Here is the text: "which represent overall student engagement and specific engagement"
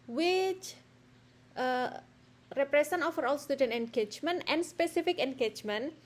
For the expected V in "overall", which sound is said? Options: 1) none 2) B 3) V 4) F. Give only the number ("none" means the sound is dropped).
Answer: 4